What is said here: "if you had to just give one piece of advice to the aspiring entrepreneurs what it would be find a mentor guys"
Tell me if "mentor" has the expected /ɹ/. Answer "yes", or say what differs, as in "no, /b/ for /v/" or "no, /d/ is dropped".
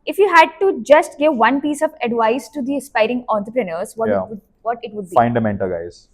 no, /l/ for /ɹ/